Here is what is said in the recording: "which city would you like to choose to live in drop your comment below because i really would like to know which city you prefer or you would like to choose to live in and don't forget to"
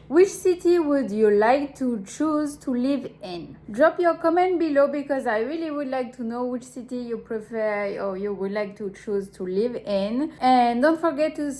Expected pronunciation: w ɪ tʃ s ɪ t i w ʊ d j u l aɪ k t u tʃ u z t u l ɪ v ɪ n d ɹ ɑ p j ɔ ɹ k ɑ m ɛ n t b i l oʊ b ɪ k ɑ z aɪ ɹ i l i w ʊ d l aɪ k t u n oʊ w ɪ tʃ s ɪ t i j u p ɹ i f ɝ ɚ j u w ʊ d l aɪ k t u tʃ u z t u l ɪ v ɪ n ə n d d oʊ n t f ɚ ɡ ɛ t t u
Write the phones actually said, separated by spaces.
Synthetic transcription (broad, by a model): w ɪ tʃ s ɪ t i w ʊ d j u l aɪ k t u tʃ u z t u l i v ɪ n d ɹ ɑ p j ɔ ɹ k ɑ m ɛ n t b i l oʊ b ɪ k ɑ z aɪ ɹ i l i w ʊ d l aɪ k t u n oʊ w ɪ tʃ s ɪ t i j u p ɹ i f ɝ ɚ j u w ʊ d l aɪ k t u tʃ u z t u l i v ɪ n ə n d d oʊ n t f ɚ ɡ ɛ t t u